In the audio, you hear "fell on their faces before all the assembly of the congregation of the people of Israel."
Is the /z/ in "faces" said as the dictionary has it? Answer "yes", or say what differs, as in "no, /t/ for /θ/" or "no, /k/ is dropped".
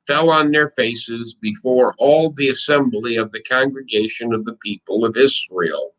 yes